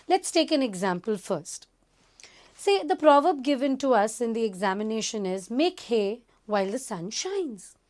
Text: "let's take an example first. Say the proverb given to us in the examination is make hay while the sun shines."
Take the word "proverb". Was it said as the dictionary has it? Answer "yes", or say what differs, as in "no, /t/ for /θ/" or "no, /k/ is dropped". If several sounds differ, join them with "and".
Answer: yes